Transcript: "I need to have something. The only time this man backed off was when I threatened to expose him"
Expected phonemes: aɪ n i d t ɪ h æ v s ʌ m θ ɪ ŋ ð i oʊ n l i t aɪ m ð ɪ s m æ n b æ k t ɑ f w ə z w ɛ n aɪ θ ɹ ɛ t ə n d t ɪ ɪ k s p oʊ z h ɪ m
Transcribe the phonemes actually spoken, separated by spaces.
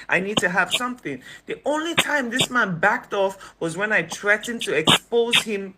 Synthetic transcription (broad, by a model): aɪ n i d t ɪ h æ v s ʌ m θ ɪ ŋ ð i oʊ n l i t aɪ m ð ɪ s m æ n b æ k t ɑ f w ə z w ɛ n aɪ t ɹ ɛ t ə n t ɪ ɪ k s p oʊ z h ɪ m